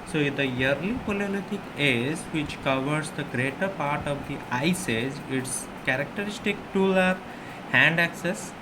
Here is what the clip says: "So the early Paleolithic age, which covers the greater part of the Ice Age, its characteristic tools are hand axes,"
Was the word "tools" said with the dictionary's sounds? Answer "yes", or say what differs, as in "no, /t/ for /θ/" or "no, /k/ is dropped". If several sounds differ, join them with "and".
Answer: no, /z/ is dropped